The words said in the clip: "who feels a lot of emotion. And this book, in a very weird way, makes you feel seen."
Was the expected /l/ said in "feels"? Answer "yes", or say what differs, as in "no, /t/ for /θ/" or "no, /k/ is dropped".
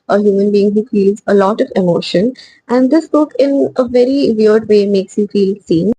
yes